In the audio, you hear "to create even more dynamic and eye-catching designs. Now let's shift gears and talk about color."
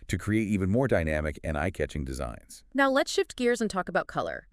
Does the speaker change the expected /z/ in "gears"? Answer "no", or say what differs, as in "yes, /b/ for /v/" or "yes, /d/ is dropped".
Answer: no